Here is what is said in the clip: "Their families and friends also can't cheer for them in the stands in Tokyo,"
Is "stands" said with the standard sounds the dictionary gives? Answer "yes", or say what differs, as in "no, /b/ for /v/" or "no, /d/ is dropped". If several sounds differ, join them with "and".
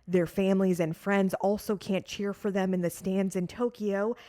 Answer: yes